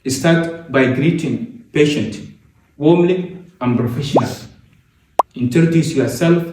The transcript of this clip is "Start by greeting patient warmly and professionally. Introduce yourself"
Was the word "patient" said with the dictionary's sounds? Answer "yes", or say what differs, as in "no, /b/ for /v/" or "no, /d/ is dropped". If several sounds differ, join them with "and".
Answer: yes